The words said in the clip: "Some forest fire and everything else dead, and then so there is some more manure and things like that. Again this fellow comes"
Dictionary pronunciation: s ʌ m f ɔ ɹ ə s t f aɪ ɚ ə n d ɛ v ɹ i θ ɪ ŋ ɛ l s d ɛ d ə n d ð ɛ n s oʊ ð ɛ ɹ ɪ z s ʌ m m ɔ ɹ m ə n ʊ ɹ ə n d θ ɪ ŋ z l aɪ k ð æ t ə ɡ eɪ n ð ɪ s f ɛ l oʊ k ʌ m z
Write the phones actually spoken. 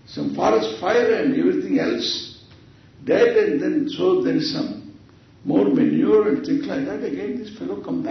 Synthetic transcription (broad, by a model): s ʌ m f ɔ ɹ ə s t f aɪ ɚ ə n d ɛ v ɹ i t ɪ ŋ ɛ l s d ɛ d ə n d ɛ n s oʊ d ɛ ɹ s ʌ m m ɔ ɹ m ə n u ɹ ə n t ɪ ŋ s l aɪ k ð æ t ə ɡ eɪ n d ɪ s f ɛ l oʊ k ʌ m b